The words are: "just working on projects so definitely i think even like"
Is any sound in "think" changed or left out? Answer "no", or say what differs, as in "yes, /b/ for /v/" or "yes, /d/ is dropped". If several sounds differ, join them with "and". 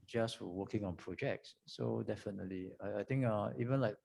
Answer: yes, /t/ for /θ/